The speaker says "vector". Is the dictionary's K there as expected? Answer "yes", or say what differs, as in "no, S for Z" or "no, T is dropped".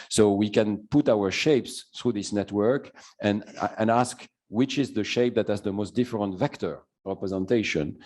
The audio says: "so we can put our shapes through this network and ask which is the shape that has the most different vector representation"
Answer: yes